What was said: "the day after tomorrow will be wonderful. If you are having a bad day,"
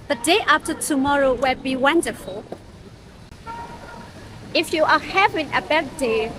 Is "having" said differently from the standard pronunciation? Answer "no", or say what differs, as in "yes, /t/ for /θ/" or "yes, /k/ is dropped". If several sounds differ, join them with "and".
no